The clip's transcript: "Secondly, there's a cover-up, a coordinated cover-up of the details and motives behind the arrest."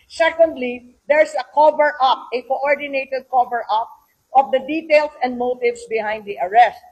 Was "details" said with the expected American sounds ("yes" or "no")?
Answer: no